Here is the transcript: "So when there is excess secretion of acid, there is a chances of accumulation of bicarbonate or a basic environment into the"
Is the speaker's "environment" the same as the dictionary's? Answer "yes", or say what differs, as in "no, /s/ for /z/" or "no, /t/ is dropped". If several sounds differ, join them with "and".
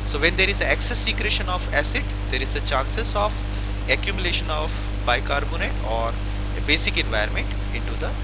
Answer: no, /ɹ/ is dropped